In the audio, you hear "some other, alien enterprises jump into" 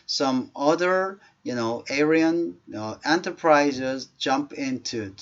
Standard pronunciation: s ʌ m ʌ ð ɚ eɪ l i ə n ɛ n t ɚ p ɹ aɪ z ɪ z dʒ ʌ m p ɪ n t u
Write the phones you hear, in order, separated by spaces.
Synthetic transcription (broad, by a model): s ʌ m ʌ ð ɚ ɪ n i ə n ɛ n t ɚ p ɹ aɪ z ɪ z dʒ ʌ m p ɪ n t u